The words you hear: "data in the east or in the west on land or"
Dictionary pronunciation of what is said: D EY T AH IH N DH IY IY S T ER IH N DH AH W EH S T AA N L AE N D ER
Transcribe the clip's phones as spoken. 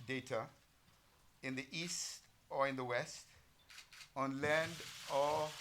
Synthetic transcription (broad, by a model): D EY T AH IH N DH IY IY S T ER IH N DH AH W EH S T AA N L AE N D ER